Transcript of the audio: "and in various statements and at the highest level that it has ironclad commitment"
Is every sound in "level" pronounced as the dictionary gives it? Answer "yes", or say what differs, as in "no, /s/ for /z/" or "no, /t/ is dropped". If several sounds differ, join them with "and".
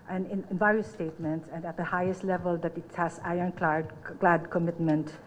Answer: yes